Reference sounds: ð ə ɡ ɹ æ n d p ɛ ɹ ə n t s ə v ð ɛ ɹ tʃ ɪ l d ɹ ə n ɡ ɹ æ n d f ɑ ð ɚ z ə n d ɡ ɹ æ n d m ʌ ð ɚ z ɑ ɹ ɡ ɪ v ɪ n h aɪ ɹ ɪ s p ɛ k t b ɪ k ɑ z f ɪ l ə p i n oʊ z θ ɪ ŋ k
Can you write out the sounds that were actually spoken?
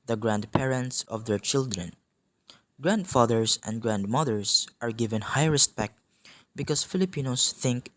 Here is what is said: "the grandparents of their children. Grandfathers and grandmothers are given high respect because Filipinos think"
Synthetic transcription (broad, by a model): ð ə ɡ ɹ æ n d p ɛ ɹ ə n t s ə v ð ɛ ɹ tʃ ɪ l d ɹ ə n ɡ ɹ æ n d f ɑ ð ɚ s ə n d ɡ ɹ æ n d m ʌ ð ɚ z ɑ ɹ ɡ ɪ v ɪ n h aɪ ɹ ɪ s p ɛ k t b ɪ k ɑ s f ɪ l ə p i n oʊ s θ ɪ ŋ k